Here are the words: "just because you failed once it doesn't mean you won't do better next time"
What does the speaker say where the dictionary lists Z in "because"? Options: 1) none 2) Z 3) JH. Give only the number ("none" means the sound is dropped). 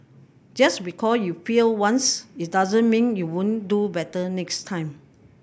1